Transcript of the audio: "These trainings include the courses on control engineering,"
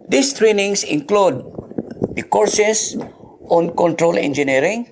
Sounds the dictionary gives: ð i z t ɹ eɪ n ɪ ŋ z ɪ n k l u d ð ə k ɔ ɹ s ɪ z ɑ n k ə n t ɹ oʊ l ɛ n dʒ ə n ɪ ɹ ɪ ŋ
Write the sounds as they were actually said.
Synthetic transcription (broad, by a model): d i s t ɹ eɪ n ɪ ŋ s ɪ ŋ k l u d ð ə k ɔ ɹ s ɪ s ɑ n k ə n t ɹ oʊ l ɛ n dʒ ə n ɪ ɹ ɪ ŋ